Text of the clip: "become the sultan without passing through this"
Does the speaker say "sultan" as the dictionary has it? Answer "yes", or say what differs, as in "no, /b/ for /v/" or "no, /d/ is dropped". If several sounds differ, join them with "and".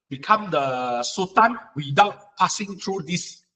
no, /l/ is dropped